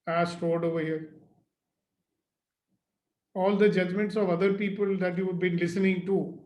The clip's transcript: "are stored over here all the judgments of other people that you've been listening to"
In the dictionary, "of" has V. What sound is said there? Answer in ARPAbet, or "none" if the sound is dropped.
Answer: V